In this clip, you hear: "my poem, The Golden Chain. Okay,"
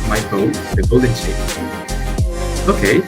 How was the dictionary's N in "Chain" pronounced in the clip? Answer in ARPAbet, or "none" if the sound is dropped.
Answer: none